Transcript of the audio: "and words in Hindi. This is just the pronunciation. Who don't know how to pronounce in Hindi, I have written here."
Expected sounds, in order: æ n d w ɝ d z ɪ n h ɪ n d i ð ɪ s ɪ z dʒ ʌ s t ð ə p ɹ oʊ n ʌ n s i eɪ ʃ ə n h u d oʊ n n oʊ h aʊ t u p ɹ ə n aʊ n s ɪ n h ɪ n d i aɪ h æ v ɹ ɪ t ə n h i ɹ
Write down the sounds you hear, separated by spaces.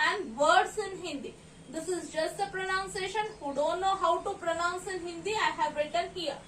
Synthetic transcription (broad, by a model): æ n d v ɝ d s ɪ n h ɪ n d i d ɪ s ɪ z dʒ ʌ s t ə p ɹ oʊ n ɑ n s eɪ ʃ ə n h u d oʊ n n oʊ h aʊ t u p ɹ ə n aʊ n s ɪ n h ɪ n d i aɪ h æ v ɹ ɪ t ə n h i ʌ